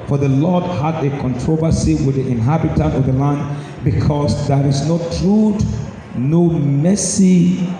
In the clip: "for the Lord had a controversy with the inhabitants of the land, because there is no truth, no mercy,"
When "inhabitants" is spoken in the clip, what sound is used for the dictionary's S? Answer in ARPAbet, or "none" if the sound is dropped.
none